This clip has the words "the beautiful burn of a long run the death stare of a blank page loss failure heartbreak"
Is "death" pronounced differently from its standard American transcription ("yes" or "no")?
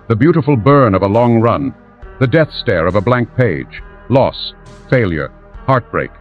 no